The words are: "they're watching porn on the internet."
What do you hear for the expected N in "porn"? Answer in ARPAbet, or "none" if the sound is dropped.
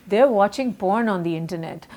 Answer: N